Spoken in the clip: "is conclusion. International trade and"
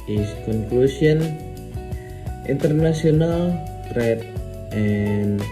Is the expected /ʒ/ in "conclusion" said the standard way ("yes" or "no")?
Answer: no